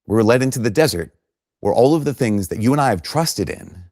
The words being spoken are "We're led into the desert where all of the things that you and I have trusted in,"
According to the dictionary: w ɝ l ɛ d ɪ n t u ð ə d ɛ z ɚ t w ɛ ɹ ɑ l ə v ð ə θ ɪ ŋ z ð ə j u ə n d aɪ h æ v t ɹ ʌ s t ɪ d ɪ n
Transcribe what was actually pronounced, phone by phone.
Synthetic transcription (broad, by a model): w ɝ l ɛ d ɪ n t u ð ə d ɛ z ɚ t w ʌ ɹ ɑ l ə v ð ə θ ɪ ŋ z ð ə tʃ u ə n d aɪ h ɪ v t ɹ ʌ s t ɪ d ɪ n